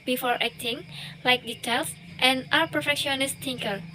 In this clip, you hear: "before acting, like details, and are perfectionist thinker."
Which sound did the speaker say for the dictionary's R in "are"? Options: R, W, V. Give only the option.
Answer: W